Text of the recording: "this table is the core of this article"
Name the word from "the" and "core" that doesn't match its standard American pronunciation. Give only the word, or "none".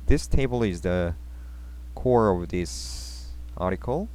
none